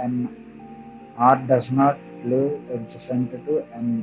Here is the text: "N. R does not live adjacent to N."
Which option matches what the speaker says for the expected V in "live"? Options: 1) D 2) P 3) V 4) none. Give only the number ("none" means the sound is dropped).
4